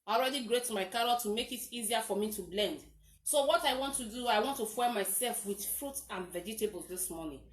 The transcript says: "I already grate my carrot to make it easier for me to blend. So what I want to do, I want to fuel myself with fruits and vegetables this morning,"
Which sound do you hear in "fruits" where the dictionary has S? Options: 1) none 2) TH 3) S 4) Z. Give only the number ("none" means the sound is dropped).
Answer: 1